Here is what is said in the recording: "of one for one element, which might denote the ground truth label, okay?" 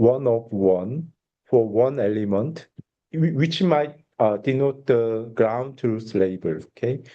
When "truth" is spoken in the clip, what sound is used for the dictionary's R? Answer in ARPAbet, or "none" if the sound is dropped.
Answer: none